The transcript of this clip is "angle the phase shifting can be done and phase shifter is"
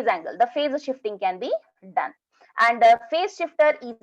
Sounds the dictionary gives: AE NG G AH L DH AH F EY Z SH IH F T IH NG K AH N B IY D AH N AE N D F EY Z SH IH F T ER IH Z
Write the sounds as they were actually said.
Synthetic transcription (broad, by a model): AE NG G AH L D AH F EY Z SH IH F T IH NG K AH N B IY D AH N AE N D F EY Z SH IH F T ER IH